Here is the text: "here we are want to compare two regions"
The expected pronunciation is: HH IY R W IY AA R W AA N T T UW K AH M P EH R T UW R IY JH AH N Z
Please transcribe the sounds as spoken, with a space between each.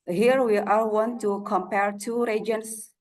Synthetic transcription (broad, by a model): HH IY R W IY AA L W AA N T T UW K AH M P EH R T UW R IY JH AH N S